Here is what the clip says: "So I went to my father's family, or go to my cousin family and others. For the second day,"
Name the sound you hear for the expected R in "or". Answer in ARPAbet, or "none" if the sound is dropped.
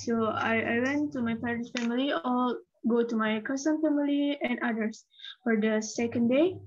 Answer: L